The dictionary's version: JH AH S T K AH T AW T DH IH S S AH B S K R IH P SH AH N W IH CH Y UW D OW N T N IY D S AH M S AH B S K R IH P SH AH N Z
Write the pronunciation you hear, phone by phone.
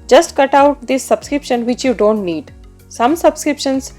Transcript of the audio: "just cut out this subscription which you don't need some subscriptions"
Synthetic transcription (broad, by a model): JH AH S T K AH T AW T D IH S S AH B S K R IH P SH AH N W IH CH Y UW D OW N T N IY D S AH M S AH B S K R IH P SH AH N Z